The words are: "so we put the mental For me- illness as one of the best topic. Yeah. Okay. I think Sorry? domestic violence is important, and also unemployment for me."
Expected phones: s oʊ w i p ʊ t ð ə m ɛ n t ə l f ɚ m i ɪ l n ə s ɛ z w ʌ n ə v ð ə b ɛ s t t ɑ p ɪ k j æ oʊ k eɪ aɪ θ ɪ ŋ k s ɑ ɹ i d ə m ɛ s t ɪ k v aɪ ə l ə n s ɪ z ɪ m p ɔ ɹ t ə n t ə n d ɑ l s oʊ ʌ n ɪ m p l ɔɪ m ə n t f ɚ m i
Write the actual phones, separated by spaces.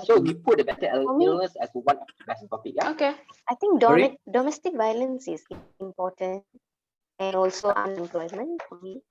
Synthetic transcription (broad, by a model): s oʊ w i p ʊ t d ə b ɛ t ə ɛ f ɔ m i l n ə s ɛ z w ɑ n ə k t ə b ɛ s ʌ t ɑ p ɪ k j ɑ oʊ k eɪ aɪ t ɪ ŋ k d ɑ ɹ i d ə m ɛ s t ɪ k v aɪ ə l ə n s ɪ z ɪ m p ɔ t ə n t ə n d ɑ l s oʊ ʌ n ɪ m p l ɔɪ m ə n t f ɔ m i